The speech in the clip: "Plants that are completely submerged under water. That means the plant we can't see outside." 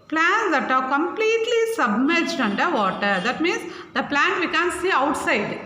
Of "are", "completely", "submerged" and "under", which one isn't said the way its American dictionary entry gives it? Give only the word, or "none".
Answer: none